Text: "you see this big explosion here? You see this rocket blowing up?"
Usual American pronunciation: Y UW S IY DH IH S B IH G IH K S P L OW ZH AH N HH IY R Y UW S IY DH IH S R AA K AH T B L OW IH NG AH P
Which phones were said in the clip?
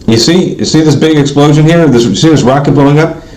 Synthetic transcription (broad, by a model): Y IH S IY DH IH S B IH G IH K S P L OW ZH AH N HH IY R Y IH S IY DH IH S R AA K AH T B OW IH NG AH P